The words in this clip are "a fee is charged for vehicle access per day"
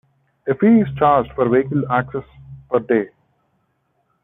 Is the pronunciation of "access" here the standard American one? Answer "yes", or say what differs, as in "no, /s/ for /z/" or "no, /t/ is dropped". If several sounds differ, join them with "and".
yes